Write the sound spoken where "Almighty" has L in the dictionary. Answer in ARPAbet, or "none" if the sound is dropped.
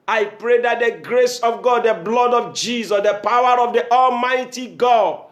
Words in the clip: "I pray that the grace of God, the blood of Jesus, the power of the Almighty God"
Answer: L